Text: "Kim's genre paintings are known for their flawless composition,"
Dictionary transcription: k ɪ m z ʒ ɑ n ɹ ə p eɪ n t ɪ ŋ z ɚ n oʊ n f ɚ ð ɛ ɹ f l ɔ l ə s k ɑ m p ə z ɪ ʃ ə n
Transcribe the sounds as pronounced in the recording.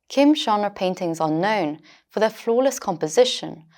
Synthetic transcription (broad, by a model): k ɪ m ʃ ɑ n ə p eɪ n t ɪ ŋ z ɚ n oʊ n f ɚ ð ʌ f l ɔ l ə s k ɑ m p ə z ɪ ʃ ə n